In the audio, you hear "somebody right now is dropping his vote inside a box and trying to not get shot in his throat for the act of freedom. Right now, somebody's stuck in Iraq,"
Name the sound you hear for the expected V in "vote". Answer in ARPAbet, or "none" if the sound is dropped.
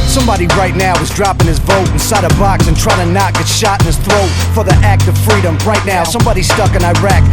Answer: B